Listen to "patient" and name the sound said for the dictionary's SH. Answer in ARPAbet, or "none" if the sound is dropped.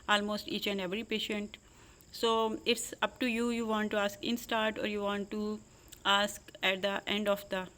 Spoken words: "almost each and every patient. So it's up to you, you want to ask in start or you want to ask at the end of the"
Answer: SH